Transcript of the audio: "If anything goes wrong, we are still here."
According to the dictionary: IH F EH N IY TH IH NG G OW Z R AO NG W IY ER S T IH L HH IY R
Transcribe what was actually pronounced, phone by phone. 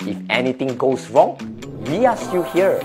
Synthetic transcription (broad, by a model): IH F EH N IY T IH NG G OW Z R AO NG W IY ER S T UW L HH IY R